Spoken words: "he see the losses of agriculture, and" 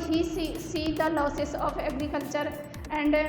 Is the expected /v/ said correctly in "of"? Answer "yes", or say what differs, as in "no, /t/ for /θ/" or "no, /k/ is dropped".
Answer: no, /p/ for /v/